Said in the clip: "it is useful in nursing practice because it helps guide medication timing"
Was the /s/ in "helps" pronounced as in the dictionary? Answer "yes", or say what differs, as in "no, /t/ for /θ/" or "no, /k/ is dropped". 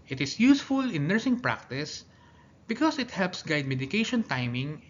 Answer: yes